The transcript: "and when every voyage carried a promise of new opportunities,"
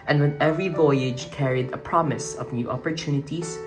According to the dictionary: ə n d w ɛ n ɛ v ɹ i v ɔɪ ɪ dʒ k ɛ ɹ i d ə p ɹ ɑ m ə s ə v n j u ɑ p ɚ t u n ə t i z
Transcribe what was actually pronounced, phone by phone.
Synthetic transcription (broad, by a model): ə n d w ɛ n ɛ v ɹ i v ɔɪ ɪ dʒ k ɛ ɹ i d ə p ɹ ɑ m ə s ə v n j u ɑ p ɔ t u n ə t i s